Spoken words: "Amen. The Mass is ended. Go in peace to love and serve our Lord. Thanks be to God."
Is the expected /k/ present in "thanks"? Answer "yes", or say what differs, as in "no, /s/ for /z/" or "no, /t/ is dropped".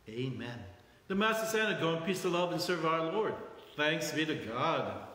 yes